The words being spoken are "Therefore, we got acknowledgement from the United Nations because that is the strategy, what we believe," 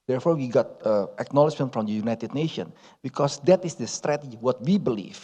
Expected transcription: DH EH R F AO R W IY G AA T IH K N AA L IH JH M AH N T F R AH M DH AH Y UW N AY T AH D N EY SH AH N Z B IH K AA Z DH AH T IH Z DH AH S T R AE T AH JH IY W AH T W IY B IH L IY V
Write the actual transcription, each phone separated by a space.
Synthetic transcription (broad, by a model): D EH R F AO R W IY G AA T IH K N AA L IH JH M AH N T F R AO M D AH Y UW N AY T AH D N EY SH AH N B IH K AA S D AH T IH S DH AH S T R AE T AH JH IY W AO T W IY B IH L IY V